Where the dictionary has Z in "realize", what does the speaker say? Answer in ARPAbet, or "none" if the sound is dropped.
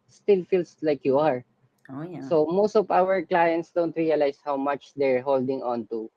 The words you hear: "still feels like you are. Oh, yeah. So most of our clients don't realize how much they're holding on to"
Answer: S